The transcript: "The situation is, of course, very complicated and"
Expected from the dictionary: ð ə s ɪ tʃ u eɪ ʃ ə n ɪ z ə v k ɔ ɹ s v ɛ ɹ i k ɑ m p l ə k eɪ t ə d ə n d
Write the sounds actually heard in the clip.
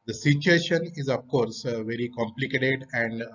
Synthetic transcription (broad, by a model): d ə s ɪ tʃ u eɪ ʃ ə n ɪ z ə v k ɔ ɹ s v ɛ ɹ i k ɑ m p l ə k eɪ t ə d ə n d